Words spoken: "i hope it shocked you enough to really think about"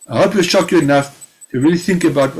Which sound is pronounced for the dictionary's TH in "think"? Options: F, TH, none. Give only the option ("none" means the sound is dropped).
TH